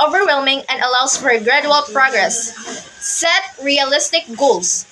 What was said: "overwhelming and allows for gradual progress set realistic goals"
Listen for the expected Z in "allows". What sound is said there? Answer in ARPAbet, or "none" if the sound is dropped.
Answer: S